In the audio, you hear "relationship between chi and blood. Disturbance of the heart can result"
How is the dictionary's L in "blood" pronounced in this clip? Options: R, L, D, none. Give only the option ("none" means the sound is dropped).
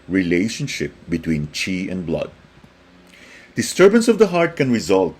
L